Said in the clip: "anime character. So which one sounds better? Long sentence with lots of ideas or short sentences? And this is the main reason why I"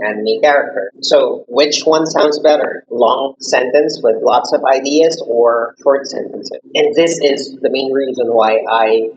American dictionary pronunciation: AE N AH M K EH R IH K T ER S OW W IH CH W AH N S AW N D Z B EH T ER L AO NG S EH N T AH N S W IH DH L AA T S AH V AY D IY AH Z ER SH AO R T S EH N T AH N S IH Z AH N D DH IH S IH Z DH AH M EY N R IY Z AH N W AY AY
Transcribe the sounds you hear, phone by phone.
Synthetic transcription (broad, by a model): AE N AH K EH R IH K T ER S OW W IH CH W AH N S AW N D Z B EH T ER L AO NG S EH N T AH N S W IH DH L AA T S AH V AY D IY AH Z ER SH AO R T S EH N T AH N S IH Z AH N DH IH S IH Z DH AH M EY N R IY Z AH N W AY AY